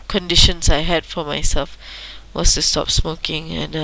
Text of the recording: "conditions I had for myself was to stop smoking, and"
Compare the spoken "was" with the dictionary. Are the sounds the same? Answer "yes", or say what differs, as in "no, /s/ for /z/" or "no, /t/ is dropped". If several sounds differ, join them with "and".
no, /s/ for /z/